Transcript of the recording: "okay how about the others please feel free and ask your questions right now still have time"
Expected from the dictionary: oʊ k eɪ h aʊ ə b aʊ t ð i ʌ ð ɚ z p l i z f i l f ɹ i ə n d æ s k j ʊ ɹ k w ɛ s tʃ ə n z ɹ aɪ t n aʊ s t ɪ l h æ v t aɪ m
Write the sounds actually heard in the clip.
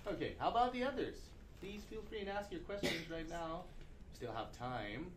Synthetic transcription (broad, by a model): oʊ k eɪ h aʊ ə b aʊ t ð i ʌ ð ɚ z p l i z f i l f ɹ i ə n æ s k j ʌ ɹ k w ɛ s tʃ ə n z ɹ aɪ t n aʊ s t ɪ l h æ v t aɪ m